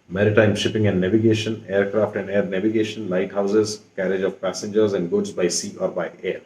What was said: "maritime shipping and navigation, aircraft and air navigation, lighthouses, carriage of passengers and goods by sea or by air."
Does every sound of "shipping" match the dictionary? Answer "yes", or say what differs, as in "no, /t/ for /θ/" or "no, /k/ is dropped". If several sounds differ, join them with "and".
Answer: yes